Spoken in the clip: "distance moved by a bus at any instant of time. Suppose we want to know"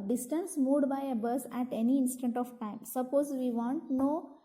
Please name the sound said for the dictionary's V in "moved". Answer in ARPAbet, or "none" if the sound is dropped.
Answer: none